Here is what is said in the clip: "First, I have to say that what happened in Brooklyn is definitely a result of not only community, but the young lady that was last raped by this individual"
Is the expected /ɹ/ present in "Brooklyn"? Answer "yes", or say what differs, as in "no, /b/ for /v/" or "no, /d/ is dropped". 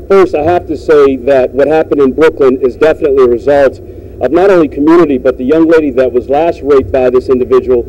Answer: yes